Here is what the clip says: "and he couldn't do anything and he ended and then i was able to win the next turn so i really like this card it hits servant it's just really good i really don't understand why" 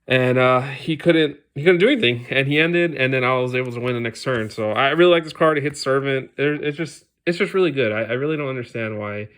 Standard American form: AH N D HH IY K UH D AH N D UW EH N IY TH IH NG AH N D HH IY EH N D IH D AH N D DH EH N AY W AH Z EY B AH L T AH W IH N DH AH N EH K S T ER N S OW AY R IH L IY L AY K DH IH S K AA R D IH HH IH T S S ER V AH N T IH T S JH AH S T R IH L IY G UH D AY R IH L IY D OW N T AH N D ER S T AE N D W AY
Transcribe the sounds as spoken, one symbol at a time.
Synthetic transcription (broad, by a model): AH N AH HH IY K UH D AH N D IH EH N IY TH IH NG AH N IY EH N D IH D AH N DH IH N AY W AH Z EY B L T AH W IH N DH AH N EH K S T ER N S OW AY R IH L IY L AY K DH IH S K AA R D IH HH IH T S S ER V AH N T IH T S JH AH S T R IH L IY G UH D AY R IH L IY D OW N T AH N D ER S T AE N D W AY